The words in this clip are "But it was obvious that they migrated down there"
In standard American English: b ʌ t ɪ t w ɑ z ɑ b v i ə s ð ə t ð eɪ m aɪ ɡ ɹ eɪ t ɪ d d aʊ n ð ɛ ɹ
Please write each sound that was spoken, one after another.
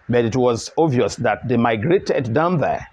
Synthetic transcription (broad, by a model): b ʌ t ɪ t w ɑ z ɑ v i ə s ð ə t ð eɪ m aɪ ɡ ɹ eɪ t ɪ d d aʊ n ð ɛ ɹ